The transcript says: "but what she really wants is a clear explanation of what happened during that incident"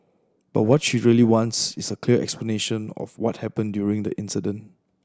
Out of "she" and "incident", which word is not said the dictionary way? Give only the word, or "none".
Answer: none